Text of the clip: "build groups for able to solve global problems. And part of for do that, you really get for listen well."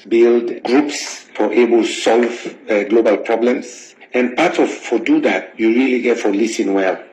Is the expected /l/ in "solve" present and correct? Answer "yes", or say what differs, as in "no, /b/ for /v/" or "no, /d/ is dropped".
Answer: yes